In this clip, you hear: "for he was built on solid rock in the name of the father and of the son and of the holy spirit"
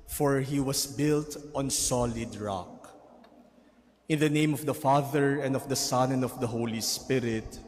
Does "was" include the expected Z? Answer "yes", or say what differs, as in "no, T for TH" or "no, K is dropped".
no, S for Z